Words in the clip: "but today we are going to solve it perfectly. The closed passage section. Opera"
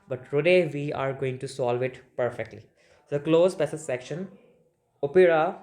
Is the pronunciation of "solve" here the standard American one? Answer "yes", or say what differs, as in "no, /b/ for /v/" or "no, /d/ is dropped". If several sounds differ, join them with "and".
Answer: yes